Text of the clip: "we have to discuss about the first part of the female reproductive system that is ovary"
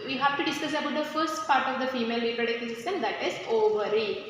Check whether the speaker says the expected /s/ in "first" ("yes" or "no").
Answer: yes